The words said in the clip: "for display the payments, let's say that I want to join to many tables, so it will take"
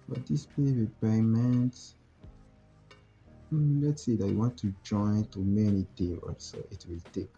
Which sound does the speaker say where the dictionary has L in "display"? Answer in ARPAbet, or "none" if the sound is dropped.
none